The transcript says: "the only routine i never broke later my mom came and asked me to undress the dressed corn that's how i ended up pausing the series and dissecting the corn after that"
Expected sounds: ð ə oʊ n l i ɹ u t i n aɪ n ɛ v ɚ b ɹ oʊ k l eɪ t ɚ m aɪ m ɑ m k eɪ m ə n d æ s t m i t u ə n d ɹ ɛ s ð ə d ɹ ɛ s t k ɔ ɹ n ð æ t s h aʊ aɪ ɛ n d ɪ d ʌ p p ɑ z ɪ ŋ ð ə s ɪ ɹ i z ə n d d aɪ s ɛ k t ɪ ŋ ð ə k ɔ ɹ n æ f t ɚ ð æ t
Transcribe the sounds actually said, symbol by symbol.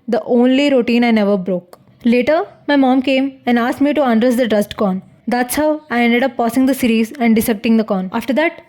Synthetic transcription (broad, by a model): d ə oʊ n l i ɹ u t i n aɪ n ɛ v ɚ b ɹ oʊ k l eɪ t ɚ m aɪ m ɑ m k eɪ m ə n d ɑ s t m i t u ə n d ɹ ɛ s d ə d ɹ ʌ s t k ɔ n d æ t s h aʊ aɪ ɛ n d ɪ d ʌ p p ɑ s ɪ ŋ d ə s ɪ ɹ i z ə n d d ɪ s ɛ k t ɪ ŋ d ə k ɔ n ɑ f t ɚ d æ t